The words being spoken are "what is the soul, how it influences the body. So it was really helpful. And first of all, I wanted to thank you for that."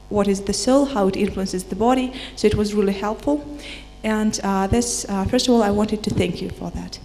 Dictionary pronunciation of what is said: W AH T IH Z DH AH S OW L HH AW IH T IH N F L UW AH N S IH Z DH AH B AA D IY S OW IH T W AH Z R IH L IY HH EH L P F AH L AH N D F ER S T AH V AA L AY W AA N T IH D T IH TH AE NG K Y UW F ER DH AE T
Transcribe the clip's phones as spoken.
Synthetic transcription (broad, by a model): W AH T IH Z DH AH S OW L HH AW IH T IH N F L UW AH N S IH Z DH AH B AA D IY S OW IH T W AH Z R IH L IY HH EH L P F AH L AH N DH F ER S T AH V AA L AY W AA N T IH D T IH TH AE NG K Y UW F ER DH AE T